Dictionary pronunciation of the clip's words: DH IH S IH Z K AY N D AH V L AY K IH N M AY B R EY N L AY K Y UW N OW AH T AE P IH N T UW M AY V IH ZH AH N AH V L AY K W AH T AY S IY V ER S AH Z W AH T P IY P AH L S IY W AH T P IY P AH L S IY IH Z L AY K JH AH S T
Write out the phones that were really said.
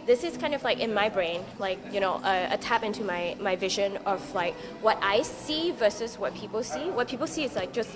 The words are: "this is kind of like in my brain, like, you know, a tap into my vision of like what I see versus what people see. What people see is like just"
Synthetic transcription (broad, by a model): DH IH S IH Z K AY N D AH V L AY K IH N M AY B R EY N L AY K Y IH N OW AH T AE P IH N T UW M AY V IH ZH AH N AH V L AY K W AH T AY S IY V ER S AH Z W AH T P IY P L S IY W AH T P IY P L S IY IH Z L AY K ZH AH S T